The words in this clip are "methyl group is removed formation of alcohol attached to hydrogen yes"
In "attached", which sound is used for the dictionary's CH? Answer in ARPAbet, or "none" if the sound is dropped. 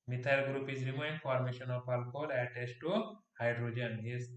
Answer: S